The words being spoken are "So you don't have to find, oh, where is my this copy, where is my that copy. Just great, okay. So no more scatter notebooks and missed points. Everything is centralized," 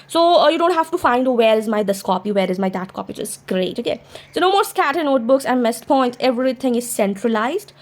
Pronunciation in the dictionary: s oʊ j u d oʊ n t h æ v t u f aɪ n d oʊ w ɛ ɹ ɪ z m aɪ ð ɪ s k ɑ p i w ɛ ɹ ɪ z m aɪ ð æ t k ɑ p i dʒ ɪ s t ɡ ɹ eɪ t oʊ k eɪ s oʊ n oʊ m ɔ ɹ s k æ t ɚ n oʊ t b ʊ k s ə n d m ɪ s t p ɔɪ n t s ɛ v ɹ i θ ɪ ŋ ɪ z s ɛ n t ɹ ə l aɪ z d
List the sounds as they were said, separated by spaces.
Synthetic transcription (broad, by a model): s oʊ j u d oʊ n t h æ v t u f aɪ n d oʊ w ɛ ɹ ɪ z m aɪ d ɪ s k ɑ p i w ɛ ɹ ɪ z m aɪ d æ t k ɑ p i tʃ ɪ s ɡ ɹ eɪ t oʊ k eɪ s oʊ n oʊ m ɔ ɹ s k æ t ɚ n oʊ t b ʊ k s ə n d m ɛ s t p ɔɪ n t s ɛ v ɹ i t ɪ ŋ ɪ z s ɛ n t ɹ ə l aɪ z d